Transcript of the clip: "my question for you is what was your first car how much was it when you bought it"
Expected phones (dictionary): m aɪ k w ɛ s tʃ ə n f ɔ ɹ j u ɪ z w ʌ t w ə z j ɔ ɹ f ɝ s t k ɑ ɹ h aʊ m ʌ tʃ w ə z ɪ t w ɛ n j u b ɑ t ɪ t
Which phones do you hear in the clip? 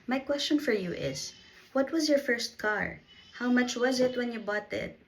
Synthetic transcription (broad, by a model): m aɪ k w ɛ s tʃ ə n f ɔ ɹ j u ɪ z w ʌ t w ə z j ɔ ɹ f ɝ s t k ɑ ɹ h aʊ m ʌ tʃ w ə z ɪ t w ɛ n j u b ɑ t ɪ t